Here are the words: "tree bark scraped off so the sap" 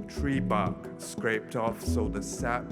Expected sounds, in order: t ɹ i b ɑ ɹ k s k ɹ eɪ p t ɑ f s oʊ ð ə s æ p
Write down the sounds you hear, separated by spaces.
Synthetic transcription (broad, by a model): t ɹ i b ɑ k s k ɹ eɪ p t ɑ f s oʊ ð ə s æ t